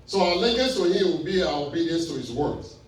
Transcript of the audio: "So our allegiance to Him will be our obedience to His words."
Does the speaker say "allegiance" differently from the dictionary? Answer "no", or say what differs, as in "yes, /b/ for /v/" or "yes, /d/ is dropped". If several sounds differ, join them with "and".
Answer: yes, /n/ is dropped